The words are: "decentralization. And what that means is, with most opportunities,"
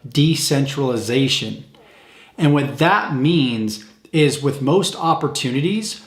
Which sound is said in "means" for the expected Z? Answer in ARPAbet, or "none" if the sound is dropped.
Z